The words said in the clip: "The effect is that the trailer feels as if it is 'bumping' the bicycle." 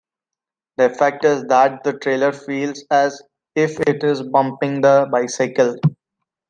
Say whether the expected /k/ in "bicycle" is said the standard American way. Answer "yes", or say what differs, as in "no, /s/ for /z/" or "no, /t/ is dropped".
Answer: yes